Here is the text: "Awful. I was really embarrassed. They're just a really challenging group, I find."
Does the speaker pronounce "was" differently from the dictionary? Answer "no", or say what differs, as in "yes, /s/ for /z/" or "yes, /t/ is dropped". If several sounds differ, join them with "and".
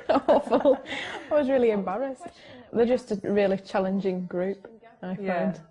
no